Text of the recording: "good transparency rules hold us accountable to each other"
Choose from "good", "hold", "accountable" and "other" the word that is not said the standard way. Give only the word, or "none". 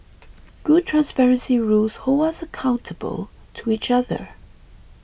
hold